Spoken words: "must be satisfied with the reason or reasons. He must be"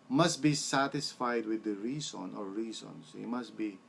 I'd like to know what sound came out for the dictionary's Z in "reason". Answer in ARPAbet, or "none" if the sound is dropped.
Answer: S